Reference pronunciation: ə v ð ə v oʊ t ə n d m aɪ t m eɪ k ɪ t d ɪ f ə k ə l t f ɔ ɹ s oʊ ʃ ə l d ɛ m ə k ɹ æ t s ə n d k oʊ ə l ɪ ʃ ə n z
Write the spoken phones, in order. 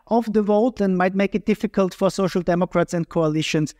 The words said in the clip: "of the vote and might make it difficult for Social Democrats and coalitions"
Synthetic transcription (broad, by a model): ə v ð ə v oʊ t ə n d m aɪ t m eɪ k ɪ t d ɪ f ə k ə l t f ɔ ɹ s oʊ ʃ ə l d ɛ m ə k ɹ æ t s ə n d k oʊ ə l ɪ ʃ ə n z